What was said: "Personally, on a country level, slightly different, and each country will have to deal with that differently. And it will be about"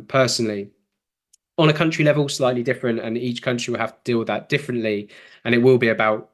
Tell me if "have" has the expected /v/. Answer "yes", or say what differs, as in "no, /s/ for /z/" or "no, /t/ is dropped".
no, /f/ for /v/